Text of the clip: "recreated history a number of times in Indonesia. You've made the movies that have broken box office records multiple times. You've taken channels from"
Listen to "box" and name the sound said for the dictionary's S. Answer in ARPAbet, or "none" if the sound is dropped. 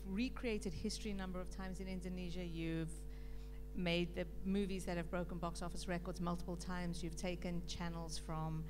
S